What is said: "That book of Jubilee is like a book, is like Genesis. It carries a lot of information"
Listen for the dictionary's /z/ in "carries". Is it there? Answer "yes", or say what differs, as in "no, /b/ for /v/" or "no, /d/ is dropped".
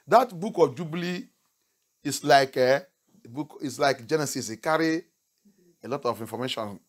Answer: no, /z/ is dropped